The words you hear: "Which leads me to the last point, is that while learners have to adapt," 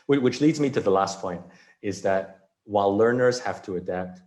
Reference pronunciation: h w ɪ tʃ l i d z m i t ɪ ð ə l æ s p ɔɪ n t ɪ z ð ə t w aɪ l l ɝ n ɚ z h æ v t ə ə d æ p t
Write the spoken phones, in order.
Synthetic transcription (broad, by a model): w w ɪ tʃ l i d z m i t ɪ ð ə l æ s p ɔɪ n t ɪ z ð ə t w aɪ l l ɝ n ɚ z h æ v t ə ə d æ p t